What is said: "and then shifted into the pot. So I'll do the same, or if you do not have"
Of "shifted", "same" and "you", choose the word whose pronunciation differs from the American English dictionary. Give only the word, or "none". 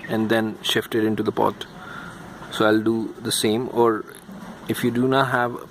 none